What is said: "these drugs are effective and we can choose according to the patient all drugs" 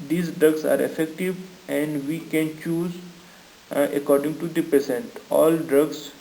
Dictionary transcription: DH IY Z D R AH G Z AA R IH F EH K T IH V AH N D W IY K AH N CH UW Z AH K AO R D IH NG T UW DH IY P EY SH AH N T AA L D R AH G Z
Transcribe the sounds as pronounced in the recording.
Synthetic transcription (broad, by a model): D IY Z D R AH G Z AA R IH F EH K T IH V AH N D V IY K AH N CH UW Z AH K AO R D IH NG T UW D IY P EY S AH N T AA L D R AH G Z